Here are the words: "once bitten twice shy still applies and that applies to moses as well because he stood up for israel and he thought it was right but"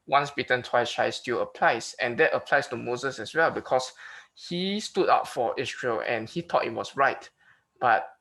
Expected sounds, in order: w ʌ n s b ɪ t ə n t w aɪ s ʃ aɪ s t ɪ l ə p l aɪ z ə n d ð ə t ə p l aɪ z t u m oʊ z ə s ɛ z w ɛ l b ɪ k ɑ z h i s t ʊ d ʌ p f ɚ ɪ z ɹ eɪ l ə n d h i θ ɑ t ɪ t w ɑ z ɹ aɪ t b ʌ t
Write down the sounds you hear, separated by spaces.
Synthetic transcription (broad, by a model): w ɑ n s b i t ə n t w aɪ s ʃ aɪ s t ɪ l ə p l aɪ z ə n d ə t ə p l aɪ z t u m oʊ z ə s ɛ s w ɛ l b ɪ k ɑ s h i s t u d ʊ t f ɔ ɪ s ɹ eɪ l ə n h i t ɑ t ɪ t w ɑ s ɹ aɪ t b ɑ t